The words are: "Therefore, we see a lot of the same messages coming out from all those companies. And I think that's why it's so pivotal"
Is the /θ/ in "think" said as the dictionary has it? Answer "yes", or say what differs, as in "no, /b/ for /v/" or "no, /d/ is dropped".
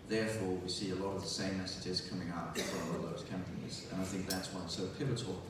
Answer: yes